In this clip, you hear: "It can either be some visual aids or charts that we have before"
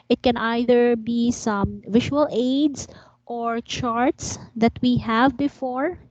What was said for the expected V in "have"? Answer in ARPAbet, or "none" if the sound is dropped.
V